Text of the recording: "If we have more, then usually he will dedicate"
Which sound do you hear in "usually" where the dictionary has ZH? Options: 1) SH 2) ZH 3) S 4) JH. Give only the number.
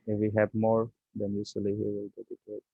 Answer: 3